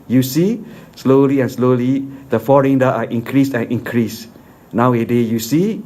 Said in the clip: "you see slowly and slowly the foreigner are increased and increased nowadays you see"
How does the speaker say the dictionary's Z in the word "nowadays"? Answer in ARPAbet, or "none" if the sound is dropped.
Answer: none